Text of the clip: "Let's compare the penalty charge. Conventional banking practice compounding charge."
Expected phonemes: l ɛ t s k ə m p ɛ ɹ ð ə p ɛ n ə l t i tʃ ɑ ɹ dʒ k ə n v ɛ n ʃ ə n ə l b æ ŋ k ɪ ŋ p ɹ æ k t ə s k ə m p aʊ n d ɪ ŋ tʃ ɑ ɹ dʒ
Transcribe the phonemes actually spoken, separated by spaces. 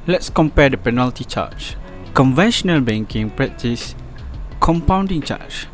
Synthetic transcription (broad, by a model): l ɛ t s k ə m p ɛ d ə p ɛ n ə l t i tʃ ɑ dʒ k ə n v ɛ n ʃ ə n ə l b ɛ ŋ k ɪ ŋ p ɹ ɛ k t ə s k ə m p aʊ n d ɪ ŋ tʃ ɑ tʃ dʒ